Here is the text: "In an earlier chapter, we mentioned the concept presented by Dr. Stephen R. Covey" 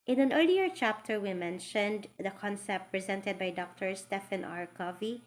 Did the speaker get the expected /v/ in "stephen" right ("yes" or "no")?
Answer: no